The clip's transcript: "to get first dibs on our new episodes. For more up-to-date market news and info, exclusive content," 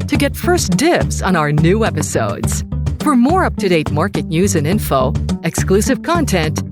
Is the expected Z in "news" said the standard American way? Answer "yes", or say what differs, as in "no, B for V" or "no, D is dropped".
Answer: yes